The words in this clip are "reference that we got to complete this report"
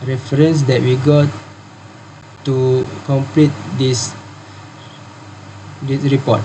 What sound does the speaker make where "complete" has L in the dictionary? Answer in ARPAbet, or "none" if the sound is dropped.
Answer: L